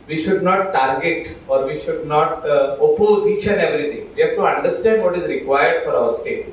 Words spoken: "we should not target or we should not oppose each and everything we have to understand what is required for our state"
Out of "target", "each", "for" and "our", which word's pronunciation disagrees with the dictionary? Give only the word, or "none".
each